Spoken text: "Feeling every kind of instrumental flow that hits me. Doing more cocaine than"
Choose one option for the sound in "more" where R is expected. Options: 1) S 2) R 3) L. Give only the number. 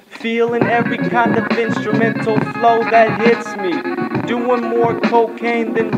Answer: 2